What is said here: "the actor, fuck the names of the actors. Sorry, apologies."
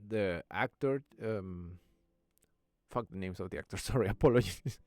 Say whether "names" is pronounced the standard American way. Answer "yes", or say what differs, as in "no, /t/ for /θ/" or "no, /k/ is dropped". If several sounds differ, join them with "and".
no, /s/ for /z/